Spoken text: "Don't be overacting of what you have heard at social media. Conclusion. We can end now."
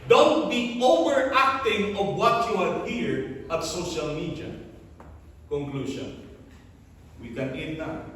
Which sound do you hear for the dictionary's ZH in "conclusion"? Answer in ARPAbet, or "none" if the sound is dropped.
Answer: SH